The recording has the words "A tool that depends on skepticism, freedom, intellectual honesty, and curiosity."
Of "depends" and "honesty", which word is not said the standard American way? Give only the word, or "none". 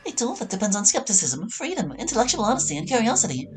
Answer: none